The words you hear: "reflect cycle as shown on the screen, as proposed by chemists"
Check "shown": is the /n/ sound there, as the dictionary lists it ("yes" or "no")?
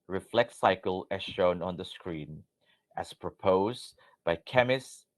yes